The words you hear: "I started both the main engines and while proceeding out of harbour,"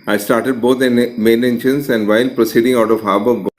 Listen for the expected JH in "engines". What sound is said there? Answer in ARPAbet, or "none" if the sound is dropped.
SH